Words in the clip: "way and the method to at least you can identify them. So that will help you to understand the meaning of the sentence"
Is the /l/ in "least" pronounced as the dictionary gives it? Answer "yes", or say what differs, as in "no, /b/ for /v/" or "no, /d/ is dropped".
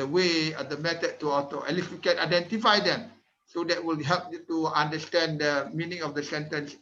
no, /n/ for /l/